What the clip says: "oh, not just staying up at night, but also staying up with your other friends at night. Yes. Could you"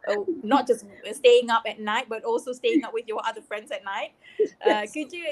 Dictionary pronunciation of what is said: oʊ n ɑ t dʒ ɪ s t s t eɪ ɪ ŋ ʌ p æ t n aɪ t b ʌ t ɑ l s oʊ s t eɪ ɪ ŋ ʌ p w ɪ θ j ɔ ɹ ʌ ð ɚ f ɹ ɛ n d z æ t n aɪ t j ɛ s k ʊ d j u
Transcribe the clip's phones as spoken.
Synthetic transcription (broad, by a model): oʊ n ɑ t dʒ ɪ s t s t eɪ ɪ ŋ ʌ p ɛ t n aɪ t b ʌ t ɑ l s oʊ s t eɪ ɪ ŋ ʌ p w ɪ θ j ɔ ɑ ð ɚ f ɹ ɛ n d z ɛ t n aɪ t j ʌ k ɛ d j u